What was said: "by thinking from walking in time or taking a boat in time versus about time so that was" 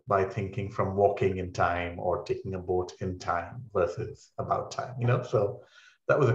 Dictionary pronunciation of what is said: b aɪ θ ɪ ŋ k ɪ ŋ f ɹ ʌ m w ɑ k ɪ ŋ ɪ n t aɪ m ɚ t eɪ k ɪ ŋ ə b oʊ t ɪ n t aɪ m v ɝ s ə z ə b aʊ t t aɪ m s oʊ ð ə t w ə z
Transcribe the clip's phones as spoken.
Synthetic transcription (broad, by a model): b aɪ θ ɪ ŋ k ɪ ŋ f ɹ ʌ m w ɑ k ɪ ŋ ɪ n t aɪ m ɚ t eɪ k ɪ ŋ ə b oʊ t ɪ n t aɪ m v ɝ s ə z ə b aʊ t t aɪ m s oʊ ð ə t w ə z